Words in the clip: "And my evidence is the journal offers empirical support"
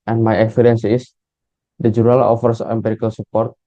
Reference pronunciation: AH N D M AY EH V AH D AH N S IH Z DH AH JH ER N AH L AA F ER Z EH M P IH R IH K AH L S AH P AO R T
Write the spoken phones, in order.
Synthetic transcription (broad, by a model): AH N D M AY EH F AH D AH N S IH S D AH JH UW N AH L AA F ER S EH M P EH R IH K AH L S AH P AO R T